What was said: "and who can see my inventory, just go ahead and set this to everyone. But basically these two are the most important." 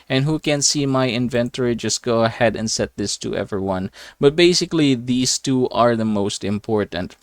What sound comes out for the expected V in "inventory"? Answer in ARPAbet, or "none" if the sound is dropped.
V